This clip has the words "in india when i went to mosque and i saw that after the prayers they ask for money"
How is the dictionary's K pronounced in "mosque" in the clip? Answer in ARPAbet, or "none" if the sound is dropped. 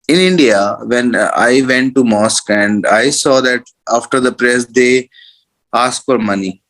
K